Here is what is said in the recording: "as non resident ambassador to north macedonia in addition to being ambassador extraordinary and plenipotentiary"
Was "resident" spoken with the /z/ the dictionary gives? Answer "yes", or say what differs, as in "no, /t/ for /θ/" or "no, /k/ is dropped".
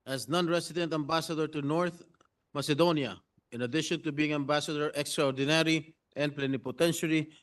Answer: no, /s/ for /z/